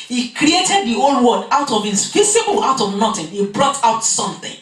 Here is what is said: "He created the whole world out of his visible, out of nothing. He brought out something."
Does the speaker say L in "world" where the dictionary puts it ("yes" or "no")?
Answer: no